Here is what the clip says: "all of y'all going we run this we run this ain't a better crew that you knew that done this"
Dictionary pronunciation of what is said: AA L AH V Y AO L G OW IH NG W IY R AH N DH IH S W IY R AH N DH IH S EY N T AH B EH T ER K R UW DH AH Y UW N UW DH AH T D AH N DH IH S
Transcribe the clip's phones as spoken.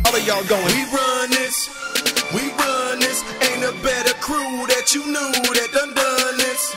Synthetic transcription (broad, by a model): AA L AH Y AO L G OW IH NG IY R AH N DH IH S W IY R AH N DH IH S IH N AH B EH T ER K R UW DH AH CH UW N UW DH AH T D AH N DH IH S